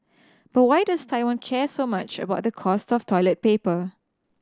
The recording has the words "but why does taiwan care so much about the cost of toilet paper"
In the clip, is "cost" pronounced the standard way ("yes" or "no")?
yes